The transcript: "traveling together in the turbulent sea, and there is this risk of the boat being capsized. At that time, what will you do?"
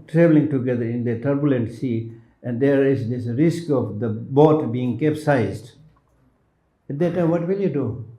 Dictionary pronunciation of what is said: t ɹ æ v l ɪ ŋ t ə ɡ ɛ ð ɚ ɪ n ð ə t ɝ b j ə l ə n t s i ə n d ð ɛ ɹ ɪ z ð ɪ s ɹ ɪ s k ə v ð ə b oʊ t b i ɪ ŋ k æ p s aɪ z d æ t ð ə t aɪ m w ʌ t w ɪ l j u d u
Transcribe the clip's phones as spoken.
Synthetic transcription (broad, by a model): t ɹ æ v l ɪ ŋ t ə ɡ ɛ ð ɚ ɪ n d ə t ɝ b j ə l ə n t s i ə n d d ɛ ɹ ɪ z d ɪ s ɹ ɪ s k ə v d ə b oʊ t b i ɪ ŋ k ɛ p s aɪ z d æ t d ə t aɪ m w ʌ t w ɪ l j u d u